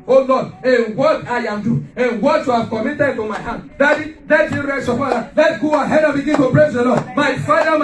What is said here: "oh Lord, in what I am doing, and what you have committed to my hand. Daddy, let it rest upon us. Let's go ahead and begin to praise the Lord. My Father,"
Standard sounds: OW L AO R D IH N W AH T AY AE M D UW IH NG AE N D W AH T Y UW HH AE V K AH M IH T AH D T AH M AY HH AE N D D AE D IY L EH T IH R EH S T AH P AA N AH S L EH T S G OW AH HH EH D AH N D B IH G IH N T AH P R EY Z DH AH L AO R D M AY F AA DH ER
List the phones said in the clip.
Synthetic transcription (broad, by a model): OW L AO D IH N W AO T AY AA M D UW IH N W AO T Y UW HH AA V K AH M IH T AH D T AH M AY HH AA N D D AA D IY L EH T IH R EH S AH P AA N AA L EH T G OW AH HH EH D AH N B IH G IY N T AH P R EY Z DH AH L AO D M AY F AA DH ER